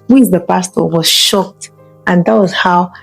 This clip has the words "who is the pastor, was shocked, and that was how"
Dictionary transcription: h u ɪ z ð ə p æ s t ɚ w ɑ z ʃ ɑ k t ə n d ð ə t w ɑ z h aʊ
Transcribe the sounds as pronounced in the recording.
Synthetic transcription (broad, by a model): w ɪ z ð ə p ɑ s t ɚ w ɑ z ʃ ɑ k t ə n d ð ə t w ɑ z h aʊ